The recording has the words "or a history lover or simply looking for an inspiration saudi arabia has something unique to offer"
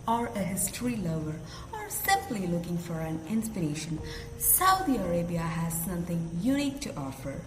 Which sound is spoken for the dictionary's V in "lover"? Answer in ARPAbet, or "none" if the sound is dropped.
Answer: none